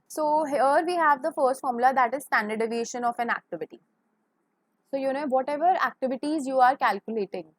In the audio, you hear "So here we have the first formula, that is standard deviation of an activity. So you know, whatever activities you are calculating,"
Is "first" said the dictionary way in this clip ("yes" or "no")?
yes